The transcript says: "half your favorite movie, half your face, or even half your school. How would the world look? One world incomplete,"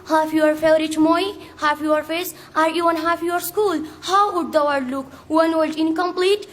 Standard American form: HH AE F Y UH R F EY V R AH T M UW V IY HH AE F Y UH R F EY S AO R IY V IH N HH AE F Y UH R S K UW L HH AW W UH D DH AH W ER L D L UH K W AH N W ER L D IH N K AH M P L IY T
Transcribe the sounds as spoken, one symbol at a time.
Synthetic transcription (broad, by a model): HH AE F Y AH R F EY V R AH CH M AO IY HH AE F Y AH R F EY S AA R IY V IH N HH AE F Y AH R S K UW L HH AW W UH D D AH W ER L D L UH K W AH N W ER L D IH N K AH M P L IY T